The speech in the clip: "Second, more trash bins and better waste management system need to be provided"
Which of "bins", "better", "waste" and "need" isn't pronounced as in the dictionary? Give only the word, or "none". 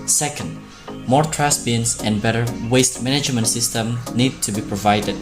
bins